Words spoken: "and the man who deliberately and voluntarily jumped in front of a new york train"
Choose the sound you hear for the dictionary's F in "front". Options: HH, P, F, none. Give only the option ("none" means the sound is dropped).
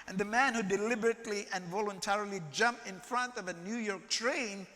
F